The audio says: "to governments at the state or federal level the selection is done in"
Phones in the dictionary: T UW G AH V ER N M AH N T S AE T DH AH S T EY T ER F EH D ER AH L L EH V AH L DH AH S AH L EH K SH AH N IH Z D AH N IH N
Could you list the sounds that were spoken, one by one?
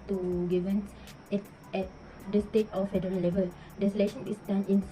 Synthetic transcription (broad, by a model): T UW G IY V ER N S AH T EH T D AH S T EY T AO F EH D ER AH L L EH V AH L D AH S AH L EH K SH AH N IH S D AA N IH N